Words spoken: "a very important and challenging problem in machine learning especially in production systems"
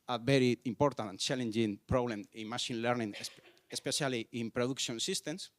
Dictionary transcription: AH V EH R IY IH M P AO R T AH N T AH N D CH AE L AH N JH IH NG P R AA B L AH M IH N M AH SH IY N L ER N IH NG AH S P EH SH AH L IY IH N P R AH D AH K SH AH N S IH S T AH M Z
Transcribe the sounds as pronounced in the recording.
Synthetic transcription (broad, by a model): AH B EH R IY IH M P AO R T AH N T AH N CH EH L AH N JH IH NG P R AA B L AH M IH N M AH SH IY N L ER N IH NG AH S P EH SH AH L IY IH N P R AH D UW K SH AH N S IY S T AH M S